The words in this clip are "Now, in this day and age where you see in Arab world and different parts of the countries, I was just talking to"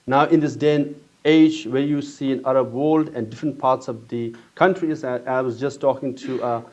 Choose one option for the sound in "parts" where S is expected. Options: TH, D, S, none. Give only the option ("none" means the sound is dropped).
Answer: S